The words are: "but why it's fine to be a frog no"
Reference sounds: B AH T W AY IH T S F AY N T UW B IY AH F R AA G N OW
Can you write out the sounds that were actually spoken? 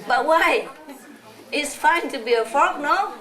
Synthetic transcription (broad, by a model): B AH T W AY IH T S F AY N T UW B IY AH F AA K N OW